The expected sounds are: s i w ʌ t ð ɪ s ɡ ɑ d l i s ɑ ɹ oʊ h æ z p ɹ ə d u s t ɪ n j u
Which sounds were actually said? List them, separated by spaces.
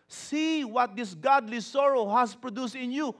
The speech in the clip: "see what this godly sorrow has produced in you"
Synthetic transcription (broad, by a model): s i w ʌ t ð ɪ s ɡ ɑ d l i s ɑ ɹ oʊ h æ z p ɹ ə d u s t ɪ n j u